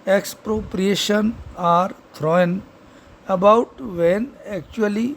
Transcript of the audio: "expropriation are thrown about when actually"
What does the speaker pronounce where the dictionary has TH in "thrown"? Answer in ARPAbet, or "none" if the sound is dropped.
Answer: T